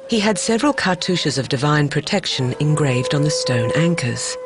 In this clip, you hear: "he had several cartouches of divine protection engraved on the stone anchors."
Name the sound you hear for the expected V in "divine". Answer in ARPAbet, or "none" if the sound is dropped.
V